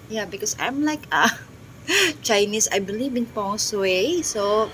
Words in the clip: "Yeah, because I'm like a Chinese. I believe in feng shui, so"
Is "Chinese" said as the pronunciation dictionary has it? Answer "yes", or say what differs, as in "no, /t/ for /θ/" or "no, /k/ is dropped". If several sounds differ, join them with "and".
no, /s/ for /z/